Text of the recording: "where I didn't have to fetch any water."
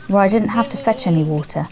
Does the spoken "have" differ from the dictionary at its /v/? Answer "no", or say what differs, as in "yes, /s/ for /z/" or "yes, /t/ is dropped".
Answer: yes, /f/ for /v/